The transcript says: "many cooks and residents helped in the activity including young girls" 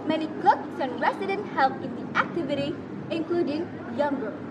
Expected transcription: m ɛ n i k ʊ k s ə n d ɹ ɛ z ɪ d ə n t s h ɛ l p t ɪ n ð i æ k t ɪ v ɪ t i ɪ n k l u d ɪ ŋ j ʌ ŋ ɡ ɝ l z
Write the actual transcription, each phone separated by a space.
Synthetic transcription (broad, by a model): m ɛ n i k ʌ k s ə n ɹ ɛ s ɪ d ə n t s h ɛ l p ɪ n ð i æ k t ɪ v ɪ t i ɪ n k l u d ɪ ŋ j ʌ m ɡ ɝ